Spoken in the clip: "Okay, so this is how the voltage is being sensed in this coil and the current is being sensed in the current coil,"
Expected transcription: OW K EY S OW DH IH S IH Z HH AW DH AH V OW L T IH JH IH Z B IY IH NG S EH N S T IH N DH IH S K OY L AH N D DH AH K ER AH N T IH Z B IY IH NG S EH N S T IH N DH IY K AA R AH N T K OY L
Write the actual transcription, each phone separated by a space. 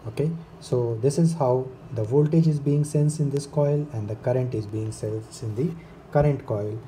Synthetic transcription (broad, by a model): OW K EY S OW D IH S IH Z HH AW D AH V OW L T IH JH IH Z B IY IH NG S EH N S IH N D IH S K OY L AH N D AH K ER AH N T IH Z B IY IH NG S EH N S IH N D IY K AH R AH N T K OY L